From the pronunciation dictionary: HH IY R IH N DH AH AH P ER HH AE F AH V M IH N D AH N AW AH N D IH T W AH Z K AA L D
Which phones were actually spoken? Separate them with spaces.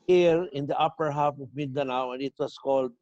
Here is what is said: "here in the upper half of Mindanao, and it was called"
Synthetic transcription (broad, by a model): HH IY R IH N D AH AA P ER HH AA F AH V M IH N D AH N AW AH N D IH T W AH S K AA L D